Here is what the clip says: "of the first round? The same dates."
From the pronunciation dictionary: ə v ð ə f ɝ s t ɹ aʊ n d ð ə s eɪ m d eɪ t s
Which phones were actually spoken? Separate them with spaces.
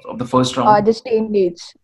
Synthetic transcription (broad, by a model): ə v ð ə f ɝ s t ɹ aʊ d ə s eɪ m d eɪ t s